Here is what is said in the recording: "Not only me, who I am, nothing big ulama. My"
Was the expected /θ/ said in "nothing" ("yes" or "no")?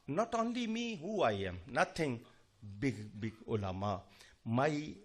no